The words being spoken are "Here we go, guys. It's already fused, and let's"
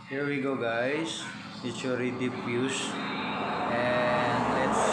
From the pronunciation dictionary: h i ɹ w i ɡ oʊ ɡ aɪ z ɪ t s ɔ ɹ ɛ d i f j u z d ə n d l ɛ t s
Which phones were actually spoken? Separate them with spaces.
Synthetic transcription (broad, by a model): h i ɹ w i ɡ oʊ ɡ aɪ s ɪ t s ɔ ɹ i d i p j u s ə n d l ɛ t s